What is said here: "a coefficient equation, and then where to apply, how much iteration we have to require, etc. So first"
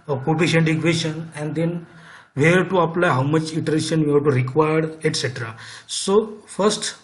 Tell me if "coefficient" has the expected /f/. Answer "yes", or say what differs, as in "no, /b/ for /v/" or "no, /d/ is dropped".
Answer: no, /p/ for /f/